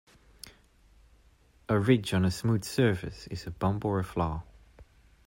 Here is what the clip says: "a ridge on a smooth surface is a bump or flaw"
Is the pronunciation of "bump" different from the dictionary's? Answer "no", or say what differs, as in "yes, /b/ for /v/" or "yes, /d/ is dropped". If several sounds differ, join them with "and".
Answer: yes, /b/ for /p/